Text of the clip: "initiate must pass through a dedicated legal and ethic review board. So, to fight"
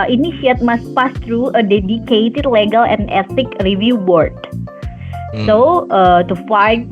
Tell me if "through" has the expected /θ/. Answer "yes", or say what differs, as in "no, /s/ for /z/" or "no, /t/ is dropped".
no, /t/ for /θ/